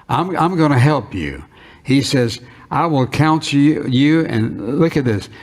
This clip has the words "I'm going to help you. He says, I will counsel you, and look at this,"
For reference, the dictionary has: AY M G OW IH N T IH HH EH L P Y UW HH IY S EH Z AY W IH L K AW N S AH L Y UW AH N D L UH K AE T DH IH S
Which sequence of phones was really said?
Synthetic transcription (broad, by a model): AY M G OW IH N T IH HH EH L P Y UW HH IY S EH Z AY W IH L K AW N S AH Y UW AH N L UH K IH T DH IH S